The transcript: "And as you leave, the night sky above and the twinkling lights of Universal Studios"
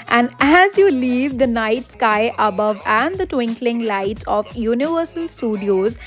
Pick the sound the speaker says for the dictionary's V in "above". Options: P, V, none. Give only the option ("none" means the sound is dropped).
V